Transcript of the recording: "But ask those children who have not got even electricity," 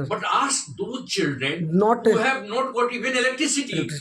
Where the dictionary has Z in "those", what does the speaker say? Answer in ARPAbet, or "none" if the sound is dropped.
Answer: none